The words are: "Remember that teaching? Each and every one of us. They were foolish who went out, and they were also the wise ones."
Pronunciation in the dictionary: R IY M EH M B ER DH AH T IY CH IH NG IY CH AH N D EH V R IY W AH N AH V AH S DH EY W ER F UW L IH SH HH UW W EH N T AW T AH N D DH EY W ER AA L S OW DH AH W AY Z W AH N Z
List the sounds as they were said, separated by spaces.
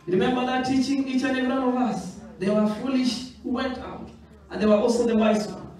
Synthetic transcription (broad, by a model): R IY M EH M B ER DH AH T IY CH IH NG IY CH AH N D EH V IY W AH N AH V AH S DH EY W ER F UW L IH SH HH UW W EH N T AW T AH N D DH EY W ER AA L S OW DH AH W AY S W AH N